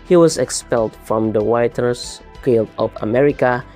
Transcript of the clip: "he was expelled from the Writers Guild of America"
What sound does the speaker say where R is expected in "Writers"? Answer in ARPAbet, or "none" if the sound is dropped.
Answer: W